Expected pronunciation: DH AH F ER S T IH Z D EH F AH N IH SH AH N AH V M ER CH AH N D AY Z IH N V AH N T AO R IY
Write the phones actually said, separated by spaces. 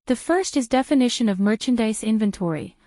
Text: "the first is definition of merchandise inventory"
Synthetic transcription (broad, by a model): DH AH F ER S T IH Z D EH F AH N IH SH AH N AH V M ER CH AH N D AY S IH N V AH N T AO R IY